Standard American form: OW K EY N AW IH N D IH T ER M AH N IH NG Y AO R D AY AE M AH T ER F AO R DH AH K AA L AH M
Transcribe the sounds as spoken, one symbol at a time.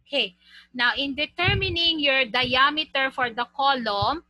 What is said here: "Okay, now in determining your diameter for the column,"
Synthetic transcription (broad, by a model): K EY N AW IH N D IH T ER M AH N IH NG Y AO R D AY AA M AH T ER F AO R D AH K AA L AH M